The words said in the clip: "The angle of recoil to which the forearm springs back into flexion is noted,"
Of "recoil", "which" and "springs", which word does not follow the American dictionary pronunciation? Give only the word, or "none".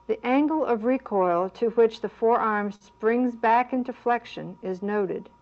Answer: none